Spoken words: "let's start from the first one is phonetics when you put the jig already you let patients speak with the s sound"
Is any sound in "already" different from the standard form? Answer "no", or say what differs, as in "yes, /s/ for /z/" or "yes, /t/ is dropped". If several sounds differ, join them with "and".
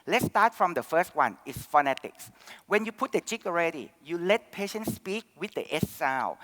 no